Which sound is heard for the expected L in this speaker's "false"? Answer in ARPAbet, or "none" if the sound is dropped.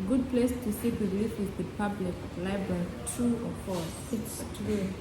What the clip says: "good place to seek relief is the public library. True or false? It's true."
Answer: none